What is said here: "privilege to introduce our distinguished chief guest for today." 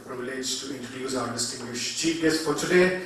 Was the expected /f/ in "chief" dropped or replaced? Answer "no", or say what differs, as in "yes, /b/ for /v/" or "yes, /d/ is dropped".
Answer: yes, /p/ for /f/